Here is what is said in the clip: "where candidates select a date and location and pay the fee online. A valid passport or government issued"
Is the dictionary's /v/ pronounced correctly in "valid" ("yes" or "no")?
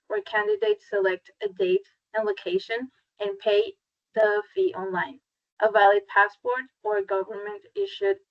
yes